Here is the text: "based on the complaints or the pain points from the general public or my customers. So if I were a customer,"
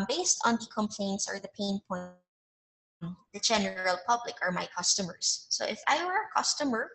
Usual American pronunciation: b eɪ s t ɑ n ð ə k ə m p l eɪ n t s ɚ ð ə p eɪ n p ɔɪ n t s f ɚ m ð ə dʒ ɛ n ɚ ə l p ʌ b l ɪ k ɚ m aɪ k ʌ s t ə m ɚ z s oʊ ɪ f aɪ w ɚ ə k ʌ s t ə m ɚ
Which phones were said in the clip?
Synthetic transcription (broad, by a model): b eɪ s t ɑ n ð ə k ə m p l eɪ n t s ɚ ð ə p eɪ n p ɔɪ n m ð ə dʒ ɛ n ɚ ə l p ʌ b l ɪ k ɚ m aɪ k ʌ s t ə m ɚ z s oʊ ɪ f aɪ w ɚ ə k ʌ s t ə m ɚ